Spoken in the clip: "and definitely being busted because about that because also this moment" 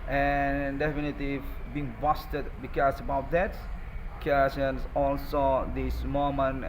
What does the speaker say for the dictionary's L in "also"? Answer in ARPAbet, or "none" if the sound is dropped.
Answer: L